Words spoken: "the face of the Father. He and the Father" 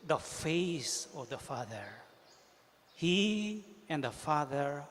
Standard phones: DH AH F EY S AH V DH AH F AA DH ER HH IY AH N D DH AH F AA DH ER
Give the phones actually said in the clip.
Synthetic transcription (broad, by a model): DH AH F EY S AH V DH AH F AA DH ER HH IY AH N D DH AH F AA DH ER